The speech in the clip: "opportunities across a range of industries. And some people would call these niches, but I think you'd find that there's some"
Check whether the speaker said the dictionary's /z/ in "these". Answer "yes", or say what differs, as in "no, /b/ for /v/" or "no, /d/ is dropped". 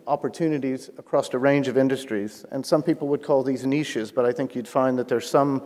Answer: yes